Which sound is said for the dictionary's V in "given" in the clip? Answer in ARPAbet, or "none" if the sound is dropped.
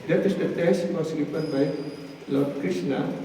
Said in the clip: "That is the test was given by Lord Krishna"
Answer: P